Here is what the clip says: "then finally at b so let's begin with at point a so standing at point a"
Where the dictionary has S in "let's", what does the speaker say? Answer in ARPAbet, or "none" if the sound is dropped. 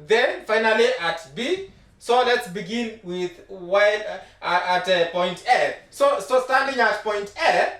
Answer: S